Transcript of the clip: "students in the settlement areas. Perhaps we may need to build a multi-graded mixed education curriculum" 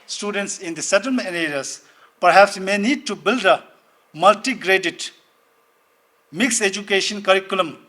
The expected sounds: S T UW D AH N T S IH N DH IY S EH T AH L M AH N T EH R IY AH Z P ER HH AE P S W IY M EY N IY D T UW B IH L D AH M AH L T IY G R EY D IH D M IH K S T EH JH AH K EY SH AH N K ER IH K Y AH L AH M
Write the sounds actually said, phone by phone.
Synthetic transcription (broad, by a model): S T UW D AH N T S IH N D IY S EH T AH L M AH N EH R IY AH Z P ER HH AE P S M EY N IY D T UW B IH L D AH M AH L T IY G R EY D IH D M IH K S EH JH AH K EY SH AH N K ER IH K Y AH L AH M